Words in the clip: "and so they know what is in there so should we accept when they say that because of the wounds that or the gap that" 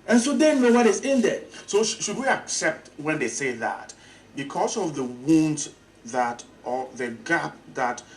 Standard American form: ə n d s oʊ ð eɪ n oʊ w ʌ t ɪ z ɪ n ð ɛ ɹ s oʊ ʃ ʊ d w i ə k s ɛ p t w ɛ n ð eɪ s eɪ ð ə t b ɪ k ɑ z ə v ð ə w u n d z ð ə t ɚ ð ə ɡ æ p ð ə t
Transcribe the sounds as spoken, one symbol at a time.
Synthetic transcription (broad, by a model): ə n s oʊ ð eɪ n oʊ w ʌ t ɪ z ɪ n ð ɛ s oʊ ʃ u d w i ə k s ɛ p t w ɛ n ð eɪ s eɪ ð ə t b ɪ k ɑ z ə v ð ə w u n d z ð ə t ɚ ð ə ɡ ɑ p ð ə t